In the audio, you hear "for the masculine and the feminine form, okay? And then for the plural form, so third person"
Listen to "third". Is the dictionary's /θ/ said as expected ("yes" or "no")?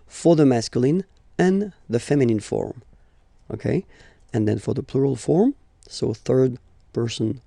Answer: yes